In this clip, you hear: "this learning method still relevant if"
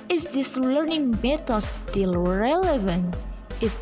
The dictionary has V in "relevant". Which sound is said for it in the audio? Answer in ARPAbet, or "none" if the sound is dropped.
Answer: V